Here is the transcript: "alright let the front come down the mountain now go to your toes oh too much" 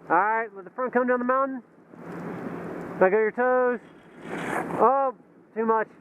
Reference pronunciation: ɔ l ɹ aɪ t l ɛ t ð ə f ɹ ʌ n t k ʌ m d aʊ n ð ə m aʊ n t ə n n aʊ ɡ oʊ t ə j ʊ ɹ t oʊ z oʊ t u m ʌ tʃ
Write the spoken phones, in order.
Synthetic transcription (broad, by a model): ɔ ɹ aɪ t w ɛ ð ə f ɹ ʌ n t k ʌ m d aʊ n ð ə m aʊ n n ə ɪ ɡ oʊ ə ɹ t oʊ z oʊ t u m ʌ tʃ